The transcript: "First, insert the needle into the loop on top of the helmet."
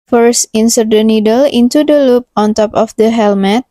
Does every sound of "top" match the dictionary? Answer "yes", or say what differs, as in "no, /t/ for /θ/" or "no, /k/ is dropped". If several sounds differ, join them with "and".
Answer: yes